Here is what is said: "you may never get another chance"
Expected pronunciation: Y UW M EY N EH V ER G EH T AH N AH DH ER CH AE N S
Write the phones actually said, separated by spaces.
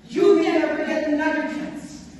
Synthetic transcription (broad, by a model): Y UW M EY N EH F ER G EH T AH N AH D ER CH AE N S